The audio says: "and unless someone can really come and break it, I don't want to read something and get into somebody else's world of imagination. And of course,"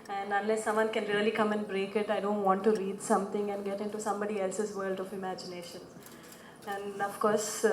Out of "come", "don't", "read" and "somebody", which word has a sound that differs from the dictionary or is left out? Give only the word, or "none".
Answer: none